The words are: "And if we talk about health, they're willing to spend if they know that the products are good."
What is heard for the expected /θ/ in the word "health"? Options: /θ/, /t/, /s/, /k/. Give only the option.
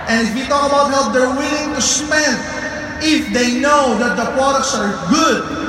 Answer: /t/